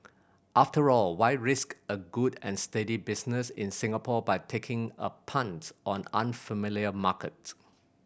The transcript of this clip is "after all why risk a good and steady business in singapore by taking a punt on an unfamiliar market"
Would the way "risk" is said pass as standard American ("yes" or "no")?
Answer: yes